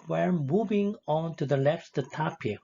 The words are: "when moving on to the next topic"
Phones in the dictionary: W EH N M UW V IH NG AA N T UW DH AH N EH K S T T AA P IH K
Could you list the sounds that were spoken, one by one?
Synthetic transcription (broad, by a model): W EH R M UW V IH NG AA N T UW DH AH L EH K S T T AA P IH